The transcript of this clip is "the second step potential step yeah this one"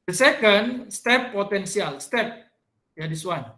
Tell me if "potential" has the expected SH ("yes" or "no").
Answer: no